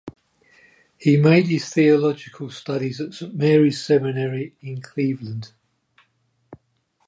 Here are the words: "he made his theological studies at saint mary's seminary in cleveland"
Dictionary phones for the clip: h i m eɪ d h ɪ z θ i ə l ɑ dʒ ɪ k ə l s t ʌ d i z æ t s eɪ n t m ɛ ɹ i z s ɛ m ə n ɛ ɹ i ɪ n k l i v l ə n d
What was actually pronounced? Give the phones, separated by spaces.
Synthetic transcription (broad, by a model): h i m eɪ d h ɪ z θ i ə l ɑ dʒ ɪ k ə l s t ʌ d i z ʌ t s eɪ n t m ɛ ɹ i z s ɛ m ə n ɛ ɹ i ɪ n k l i v l ə n d